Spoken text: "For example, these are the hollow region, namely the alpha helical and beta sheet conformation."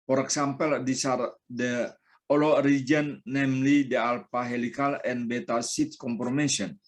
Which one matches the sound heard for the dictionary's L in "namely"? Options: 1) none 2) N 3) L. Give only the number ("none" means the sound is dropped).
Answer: 3